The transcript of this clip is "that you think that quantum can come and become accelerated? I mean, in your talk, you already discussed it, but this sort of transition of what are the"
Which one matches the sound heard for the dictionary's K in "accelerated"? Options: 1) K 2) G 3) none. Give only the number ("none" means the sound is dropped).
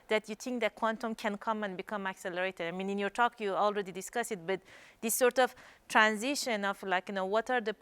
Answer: 1